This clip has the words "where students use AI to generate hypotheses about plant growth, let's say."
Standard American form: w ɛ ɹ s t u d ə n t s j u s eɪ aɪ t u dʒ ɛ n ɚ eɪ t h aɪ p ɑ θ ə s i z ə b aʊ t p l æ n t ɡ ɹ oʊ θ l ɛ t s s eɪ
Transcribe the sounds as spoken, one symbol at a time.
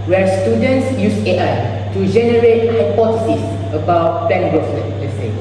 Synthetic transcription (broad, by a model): w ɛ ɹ s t u d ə n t s j u s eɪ aɪ t u dʒ ɛ n ɚ eɪ t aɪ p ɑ t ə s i s ə b aʊ t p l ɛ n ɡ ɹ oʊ s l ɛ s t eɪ